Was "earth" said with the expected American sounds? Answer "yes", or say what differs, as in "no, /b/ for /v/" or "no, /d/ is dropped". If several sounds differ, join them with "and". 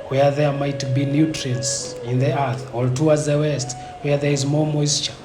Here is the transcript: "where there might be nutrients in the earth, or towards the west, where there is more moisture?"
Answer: yes